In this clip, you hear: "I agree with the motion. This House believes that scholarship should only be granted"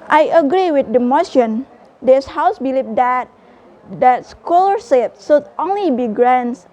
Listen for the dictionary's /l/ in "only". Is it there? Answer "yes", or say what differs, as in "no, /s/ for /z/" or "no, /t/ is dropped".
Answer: yes